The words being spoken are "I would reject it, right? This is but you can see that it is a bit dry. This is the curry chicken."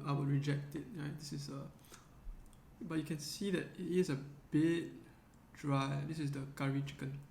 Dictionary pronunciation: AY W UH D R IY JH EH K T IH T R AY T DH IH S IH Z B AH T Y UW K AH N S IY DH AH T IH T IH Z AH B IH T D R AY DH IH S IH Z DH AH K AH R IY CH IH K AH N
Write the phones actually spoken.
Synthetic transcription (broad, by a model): AY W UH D R IY JH EH K T IH T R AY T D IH S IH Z B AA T Y UW K AH N S IY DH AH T IH T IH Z AH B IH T D R AY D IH S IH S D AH K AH R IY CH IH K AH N